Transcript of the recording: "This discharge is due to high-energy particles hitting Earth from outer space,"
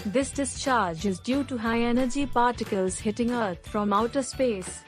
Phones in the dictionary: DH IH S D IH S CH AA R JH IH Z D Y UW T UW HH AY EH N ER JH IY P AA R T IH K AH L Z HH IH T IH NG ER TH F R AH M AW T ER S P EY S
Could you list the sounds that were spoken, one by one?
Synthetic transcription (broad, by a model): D IH S D IH S CH AA R JH IH Z D Y UW T UW HH AY EH N ER JH IY P AA R T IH K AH L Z HH IH T IH NG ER T F R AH M AW T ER S P EY S